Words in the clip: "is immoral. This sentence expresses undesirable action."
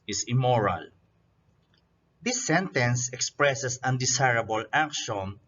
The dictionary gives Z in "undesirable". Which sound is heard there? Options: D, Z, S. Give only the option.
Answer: S